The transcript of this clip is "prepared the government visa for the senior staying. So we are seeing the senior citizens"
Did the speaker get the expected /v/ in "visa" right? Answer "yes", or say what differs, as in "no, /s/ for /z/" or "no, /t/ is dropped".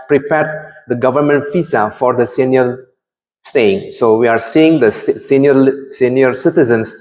no, /f/ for /v/